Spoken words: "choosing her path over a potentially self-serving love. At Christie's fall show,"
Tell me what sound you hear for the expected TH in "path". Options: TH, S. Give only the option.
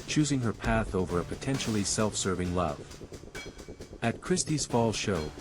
TH